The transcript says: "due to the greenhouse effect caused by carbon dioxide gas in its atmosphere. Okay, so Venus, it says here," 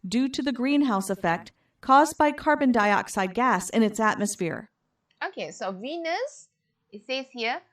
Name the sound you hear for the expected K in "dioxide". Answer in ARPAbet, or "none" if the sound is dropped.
K